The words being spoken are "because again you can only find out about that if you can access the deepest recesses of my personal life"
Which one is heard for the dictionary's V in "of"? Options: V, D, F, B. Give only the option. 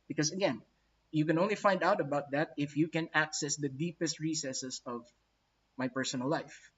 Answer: V